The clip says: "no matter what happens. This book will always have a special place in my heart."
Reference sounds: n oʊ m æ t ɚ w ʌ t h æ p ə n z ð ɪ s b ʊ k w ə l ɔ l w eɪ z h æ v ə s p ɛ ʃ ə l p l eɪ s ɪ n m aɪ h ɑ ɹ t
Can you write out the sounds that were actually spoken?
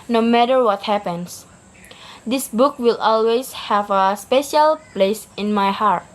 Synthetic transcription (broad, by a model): n oʊ m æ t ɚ w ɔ t h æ p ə n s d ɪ s b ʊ k w ə l ɔ l w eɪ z h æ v ə s p ɛ ʃ ə l p l eɪ s ɪ n m aɪ h ɑ ɹ t